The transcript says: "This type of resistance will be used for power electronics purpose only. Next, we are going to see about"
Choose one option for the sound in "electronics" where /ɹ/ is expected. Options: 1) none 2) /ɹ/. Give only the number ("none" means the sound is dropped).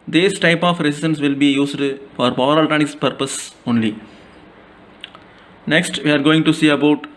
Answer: 1